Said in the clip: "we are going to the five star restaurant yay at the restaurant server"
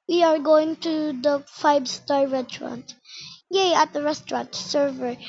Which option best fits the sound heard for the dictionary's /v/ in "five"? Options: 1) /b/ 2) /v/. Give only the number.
1